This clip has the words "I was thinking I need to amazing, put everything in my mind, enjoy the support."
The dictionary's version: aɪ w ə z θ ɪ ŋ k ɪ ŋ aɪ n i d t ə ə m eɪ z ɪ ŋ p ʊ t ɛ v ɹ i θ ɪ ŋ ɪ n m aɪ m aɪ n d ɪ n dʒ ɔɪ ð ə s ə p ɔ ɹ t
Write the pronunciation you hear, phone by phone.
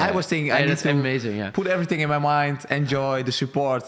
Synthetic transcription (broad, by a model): aɪ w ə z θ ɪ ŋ ɪ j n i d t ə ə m eɪ z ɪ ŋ p ʊ t ɛ v ɹ i θ ɪ ŋ ɪ n m aɪ m aɪ n d ɪ n dʒ ɔɪ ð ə s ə p ɔ ɹ t